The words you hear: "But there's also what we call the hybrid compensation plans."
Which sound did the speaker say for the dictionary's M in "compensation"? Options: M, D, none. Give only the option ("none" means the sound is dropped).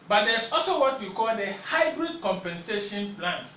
M